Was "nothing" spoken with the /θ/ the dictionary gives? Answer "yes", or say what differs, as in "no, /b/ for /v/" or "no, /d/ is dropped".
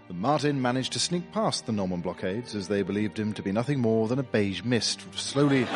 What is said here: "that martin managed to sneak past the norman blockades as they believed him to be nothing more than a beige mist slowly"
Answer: yes